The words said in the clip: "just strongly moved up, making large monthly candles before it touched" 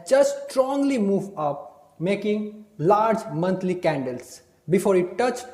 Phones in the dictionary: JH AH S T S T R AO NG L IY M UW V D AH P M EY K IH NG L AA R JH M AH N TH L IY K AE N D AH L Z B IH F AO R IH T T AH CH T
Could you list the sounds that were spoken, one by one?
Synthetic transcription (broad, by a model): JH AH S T S T R AO NG L IY M UW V AH P M EY K IH NG L AA R JH M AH N T L IY K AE N D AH L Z B IH F AO R IH T T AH CH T